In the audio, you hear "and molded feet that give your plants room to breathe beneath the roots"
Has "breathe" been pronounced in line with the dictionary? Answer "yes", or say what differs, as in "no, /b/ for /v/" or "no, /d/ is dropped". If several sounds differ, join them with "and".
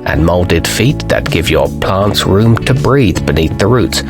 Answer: yes